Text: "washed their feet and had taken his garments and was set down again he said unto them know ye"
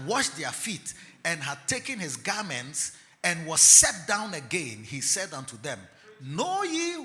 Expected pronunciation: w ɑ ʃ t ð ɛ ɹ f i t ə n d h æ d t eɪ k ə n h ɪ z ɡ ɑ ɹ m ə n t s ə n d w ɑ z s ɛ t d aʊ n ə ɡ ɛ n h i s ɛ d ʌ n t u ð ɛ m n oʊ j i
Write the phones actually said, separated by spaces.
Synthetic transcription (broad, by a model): w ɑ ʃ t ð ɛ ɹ f i t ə n h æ d t eɪ k ə n h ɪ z ɡ ɑ ɹ m ə n t s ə n w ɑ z s ɛ t d aʊ n ə ɡ ɛ n h i s ɛ d ʌ n t u ð ɛ m n oʊ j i